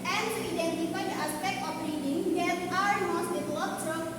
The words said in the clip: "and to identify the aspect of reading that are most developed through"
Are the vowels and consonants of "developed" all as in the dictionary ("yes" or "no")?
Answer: no